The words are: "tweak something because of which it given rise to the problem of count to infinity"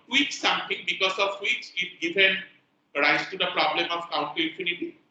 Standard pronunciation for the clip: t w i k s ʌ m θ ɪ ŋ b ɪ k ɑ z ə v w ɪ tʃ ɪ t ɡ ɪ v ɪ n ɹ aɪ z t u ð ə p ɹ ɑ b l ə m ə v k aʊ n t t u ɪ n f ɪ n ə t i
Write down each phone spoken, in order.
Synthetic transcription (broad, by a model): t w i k s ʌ m t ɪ ŋ b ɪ k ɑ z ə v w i s ɪ t ɡ ɪ v ɪ n ɹ aɪ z t u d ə p ɹ ɑ b l ə m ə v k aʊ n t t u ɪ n f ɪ n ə t i